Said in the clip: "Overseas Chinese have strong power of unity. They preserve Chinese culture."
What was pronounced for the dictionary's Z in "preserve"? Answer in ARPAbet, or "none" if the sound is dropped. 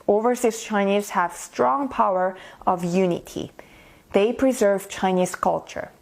Z